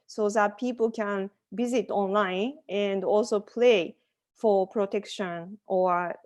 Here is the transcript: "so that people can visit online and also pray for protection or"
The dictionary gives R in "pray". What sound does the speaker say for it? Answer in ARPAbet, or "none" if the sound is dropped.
L